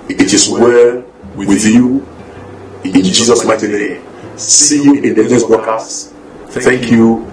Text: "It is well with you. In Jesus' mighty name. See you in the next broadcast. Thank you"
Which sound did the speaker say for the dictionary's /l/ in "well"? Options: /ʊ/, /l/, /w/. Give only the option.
/w/